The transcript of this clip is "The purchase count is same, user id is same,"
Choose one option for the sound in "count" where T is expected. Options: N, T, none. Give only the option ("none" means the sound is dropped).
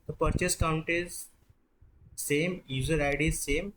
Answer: T